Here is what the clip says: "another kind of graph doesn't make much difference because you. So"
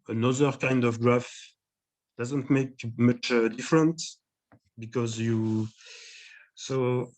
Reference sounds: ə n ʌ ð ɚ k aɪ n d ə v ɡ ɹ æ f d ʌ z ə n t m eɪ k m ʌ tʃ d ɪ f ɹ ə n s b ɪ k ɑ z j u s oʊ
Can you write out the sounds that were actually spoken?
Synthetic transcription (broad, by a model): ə n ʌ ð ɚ k aɪ n d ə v ɡ ɹ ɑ f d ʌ z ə n t m eɪ k m ʌ tʃ d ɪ f ɹ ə n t b ɪ k ɑ z j u s oʊ